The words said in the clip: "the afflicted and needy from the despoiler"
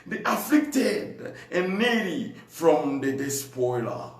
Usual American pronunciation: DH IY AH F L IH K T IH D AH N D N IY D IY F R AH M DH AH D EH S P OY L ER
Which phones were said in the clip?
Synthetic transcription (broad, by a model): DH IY AH F L IH K T IH D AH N N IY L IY F R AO M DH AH D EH S P OY L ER